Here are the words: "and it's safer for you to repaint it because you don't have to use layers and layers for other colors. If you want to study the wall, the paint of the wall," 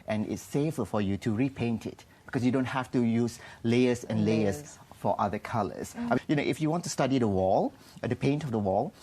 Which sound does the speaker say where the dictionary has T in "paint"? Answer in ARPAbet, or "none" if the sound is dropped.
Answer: T